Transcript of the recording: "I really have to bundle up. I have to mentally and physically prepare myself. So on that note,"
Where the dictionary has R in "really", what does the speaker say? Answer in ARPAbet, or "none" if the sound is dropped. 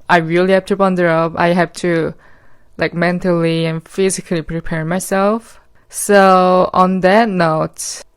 R